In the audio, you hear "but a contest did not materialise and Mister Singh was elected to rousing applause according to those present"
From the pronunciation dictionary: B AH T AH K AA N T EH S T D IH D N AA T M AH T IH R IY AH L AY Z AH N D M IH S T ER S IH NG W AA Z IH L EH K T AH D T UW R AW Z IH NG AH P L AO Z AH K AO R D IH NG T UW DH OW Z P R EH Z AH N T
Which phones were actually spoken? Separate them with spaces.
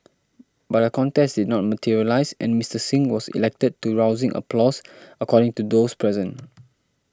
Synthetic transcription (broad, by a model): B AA T AH K AA N T EH S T D IH D N AA T M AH T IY R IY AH L AY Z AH N M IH S T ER S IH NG W AA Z IH L EH K T AH D T UW R AW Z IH NG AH P L AO S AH K AO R D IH NG T UW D OW S P R EH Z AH N